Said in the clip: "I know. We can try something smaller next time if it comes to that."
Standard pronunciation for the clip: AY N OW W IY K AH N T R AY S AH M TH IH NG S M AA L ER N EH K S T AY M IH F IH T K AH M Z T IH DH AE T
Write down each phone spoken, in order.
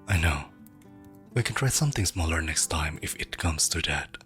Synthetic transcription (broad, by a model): AY N OW W IY K AH N T R AY S AH M TH IH NG S M AA L ER N EH K S T AY M IH F IH T K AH M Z T IH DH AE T